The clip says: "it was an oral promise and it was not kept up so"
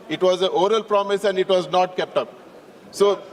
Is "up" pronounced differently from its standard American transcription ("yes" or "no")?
no